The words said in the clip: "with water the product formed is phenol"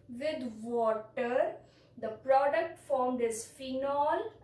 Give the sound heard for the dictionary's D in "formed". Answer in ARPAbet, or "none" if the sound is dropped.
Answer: D